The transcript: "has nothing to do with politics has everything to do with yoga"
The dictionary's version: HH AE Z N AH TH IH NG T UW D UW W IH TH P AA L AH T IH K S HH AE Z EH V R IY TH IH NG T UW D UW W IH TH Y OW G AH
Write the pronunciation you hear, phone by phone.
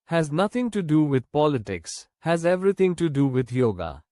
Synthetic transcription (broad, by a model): HH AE Z N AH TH IH NG T UW D UW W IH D P AA L AH T IH K S HH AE Z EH V R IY T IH NG T UW D UW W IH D Y OW G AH